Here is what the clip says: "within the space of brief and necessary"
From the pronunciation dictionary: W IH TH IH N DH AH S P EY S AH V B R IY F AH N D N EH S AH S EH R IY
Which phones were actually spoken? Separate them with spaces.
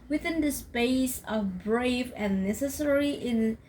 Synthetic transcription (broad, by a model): W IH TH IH N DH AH S P EY S AH V B R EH AH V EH N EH S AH S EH R IY